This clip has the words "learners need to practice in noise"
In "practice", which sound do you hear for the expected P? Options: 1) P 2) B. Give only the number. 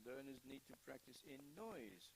1